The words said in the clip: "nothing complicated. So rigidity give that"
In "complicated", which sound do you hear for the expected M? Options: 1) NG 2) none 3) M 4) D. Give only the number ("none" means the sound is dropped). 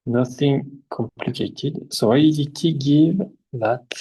3